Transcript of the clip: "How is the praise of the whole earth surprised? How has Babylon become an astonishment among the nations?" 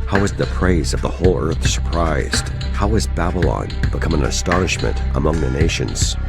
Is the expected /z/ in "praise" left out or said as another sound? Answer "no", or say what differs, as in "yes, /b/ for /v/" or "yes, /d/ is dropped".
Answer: no